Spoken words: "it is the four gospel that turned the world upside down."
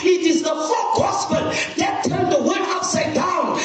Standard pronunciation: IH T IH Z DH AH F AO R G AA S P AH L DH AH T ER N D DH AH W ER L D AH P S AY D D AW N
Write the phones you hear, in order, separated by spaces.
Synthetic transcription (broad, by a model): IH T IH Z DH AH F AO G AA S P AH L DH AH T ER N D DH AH W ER D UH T S AY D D AW N